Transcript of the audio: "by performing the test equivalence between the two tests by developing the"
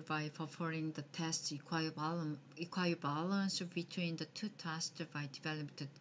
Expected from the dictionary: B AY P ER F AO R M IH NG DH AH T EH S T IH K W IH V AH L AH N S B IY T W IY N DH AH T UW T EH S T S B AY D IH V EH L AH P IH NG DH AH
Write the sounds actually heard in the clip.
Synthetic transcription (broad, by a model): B AY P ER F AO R IH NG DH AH T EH S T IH K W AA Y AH L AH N S B IY T W IY N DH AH T UW T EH S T B AY D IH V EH L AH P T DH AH